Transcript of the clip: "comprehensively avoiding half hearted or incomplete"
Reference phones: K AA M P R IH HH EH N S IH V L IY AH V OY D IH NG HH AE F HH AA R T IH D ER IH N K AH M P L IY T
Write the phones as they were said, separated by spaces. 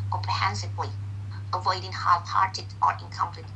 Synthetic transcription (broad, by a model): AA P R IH HH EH N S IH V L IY AH V OY D IH NG HH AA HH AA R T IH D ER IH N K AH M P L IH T